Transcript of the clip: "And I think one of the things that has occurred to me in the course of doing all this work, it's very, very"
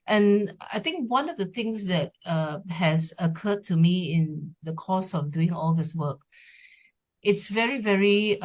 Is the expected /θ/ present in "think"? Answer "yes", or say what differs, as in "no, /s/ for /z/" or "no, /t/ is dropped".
no, /t/ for /θ/